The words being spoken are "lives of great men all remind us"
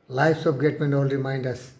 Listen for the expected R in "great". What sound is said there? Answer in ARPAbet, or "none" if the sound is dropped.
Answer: none